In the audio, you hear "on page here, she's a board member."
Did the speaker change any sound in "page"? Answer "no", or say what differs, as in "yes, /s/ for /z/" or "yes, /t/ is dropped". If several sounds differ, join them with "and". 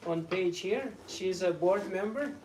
no